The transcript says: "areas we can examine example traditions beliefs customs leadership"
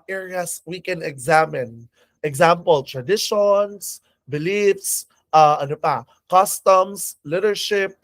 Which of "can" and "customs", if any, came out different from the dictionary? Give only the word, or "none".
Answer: customs